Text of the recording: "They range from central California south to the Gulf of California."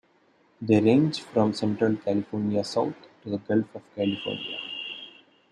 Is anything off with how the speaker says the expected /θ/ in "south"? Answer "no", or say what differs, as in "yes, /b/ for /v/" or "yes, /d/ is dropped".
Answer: yes, /t/ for /θ/